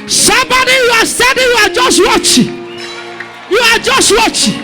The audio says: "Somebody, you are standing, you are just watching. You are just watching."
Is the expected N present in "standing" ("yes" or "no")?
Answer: no